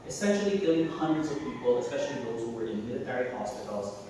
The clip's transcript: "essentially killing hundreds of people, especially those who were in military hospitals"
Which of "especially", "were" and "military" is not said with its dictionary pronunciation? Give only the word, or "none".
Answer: none